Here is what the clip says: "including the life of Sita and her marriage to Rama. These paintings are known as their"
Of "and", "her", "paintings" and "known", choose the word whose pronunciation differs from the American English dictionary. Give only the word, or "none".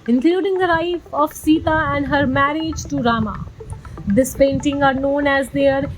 paintings